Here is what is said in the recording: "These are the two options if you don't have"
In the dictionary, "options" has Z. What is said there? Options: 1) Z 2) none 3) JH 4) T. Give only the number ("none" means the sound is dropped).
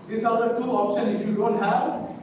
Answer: 2